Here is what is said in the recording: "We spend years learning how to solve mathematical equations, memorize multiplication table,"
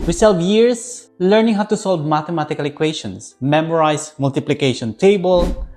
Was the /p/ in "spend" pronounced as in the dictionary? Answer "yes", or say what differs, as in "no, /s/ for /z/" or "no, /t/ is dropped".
no, /p/ is dropped